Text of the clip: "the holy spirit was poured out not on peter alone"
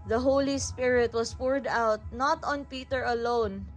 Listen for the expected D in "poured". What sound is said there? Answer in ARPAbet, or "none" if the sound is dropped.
D